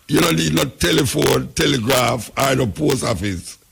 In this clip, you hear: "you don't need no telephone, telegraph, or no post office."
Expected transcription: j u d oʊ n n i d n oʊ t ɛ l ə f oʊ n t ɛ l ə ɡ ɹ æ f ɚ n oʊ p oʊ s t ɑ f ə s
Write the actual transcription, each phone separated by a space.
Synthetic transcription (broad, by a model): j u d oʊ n n i d n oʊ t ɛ l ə f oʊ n t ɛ l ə ɡ ɹ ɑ f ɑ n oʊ p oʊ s ɑ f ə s